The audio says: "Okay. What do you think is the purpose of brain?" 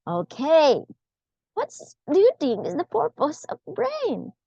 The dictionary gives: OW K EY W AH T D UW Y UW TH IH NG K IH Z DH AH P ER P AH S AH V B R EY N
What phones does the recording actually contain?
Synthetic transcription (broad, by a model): OW K EY W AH T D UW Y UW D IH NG IH Z DH AH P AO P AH S AH V B R EY N